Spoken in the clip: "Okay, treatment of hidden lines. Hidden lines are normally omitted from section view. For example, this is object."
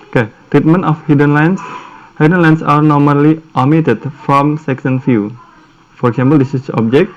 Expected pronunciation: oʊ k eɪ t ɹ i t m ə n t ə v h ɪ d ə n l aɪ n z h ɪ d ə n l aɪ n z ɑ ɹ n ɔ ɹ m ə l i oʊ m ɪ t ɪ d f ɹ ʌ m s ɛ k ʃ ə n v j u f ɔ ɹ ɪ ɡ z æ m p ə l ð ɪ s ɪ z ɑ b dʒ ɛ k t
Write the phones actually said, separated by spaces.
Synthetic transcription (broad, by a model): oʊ k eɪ t ɹ i t m ə n t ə f h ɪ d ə n l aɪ n s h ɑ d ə n l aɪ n s ɑ ɹ n ɔ ɹ m ə l i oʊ m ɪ t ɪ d f ɹ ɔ m s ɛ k s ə n f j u f ɔ ɹ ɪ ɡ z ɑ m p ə l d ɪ s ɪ s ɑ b dʒ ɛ k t